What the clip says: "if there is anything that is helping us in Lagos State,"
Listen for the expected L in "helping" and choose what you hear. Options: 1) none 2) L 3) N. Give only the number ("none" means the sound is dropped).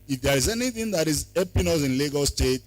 1